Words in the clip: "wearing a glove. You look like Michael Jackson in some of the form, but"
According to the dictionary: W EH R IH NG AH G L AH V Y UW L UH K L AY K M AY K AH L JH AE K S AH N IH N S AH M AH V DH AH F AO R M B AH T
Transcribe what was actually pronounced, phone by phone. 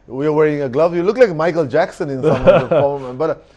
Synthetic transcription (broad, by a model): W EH R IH NG AH G L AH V Y UW L UH K L AY K M AY K AH L JH AE K S AH N IH N S AH M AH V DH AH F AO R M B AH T